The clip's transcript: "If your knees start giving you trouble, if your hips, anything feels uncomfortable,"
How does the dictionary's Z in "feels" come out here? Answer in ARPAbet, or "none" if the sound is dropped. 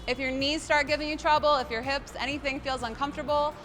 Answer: Z